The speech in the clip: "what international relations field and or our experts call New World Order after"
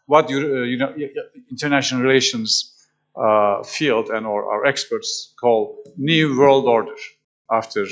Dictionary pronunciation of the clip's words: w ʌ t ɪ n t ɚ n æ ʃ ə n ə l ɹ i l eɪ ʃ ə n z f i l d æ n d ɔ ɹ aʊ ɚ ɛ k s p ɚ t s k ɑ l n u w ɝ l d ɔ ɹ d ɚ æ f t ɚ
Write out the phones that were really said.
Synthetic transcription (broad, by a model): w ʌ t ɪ n t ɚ n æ ʃ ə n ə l ɹ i l eɪ ʃ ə n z f i l d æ n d ɔ ɹ aʊ ɚ ɛ k s p ɚ t s k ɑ l n u w ɝ l d ɔ ɹ d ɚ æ f t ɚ